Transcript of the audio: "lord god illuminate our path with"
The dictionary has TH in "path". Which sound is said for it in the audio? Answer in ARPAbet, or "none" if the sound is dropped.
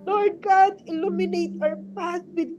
S